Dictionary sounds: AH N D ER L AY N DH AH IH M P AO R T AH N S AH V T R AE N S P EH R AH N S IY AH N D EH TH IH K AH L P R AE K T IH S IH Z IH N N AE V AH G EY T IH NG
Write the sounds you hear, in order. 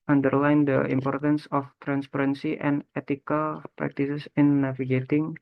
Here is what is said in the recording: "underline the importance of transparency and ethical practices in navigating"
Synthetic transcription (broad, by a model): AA N D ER L AY N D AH IH M P AO R T AH N S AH F T R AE N S P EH R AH N S IY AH N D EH T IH K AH L P R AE K T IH S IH S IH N N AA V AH G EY T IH NG